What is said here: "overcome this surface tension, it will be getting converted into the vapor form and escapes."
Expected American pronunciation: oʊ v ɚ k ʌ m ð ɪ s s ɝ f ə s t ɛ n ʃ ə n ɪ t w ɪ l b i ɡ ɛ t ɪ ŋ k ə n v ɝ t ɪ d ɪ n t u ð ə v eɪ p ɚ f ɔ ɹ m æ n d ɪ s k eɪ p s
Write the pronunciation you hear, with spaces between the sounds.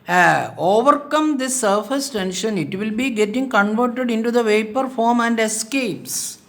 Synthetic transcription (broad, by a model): oʊ v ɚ k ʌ m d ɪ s s ɝ f ə s t ɛ n ʃ ə n ɪ t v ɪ l b i ɡ ɛ t ɪ ŋ k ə n v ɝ t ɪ d ɪ n t u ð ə v eɪ p ɚ f ɔ ɹ m æ n d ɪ s k eɪ p s